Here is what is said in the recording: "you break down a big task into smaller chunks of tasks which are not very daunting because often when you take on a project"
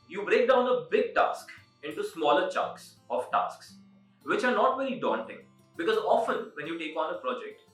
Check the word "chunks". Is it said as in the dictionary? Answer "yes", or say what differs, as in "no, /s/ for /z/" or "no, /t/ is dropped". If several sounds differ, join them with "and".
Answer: no, /ŋ/ is dropped